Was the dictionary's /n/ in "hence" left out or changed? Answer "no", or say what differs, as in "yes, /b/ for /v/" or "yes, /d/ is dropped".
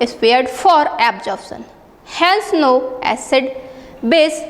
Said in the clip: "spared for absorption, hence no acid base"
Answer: yes, /l/ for /n/